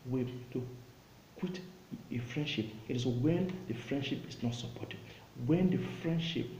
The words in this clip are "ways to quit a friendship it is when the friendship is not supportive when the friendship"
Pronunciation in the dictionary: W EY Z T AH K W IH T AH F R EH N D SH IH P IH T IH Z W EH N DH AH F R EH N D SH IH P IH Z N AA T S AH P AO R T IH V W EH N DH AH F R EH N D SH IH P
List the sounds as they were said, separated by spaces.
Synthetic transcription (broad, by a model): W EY T AH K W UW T AH F R EH N D SH IH P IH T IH S W EH N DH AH F R EH N D SH IH P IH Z N AA T S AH P AO T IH B W EH N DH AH F R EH N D SH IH P